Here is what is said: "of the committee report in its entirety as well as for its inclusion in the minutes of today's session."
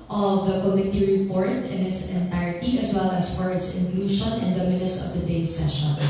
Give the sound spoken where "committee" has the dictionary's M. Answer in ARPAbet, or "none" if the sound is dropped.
M